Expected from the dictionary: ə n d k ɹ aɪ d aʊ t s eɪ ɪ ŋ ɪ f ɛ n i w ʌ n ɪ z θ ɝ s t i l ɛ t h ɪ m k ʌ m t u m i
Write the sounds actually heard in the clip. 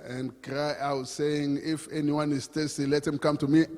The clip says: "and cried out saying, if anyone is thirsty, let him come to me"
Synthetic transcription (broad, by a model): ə n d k ɹ aɪ aʊ t s eɪ ɪ ŋ ɪ f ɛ n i w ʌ n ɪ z t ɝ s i l ɛ t h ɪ m k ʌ m t u m i